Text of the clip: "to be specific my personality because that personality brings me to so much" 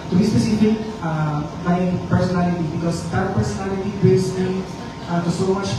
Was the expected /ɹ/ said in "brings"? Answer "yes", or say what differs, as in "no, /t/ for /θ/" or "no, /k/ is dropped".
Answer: no, /ɹ/ is dropped